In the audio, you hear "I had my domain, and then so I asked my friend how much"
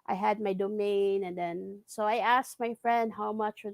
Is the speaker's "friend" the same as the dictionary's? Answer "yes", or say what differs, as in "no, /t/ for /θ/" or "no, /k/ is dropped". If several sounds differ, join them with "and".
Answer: yes